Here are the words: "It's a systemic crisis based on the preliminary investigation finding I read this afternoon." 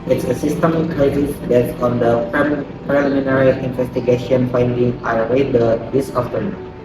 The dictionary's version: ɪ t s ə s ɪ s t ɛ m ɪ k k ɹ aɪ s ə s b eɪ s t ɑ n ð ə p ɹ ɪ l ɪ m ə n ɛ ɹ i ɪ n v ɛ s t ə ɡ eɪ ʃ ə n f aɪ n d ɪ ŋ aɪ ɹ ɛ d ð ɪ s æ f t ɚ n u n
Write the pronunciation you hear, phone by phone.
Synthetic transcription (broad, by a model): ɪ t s ə s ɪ s t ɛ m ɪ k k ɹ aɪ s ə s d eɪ t ɑ n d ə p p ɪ l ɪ m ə n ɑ ɹ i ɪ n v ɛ s t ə ɡ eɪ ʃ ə n f aɪ n d ɪ ŋ aɪ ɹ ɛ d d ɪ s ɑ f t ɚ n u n